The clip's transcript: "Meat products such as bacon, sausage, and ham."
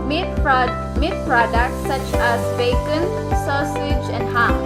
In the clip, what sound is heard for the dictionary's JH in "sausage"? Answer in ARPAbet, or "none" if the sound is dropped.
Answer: JH